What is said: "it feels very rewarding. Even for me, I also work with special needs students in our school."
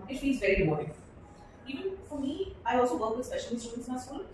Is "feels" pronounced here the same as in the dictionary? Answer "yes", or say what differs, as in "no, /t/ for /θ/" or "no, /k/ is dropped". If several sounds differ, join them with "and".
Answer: no, /n/ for /l/